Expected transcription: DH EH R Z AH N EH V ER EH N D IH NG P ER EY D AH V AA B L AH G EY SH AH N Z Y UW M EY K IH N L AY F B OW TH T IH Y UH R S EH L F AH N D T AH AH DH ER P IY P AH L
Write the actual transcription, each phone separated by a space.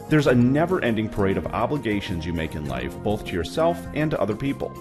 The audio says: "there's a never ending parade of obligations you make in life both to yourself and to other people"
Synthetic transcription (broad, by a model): DH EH R Z AH N EH V ER EH N D IH NG P ER EY D AH V AA B L AH G EY SH AH N Z Y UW M EY K IH N L AY F B OW TH T IH Y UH R S EH L F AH N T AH AH DH ER P IY P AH L